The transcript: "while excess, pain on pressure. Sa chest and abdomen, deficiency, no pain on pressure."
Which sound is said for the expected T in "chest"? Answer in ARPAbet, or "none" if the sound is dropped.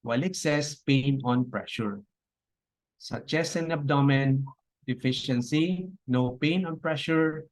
none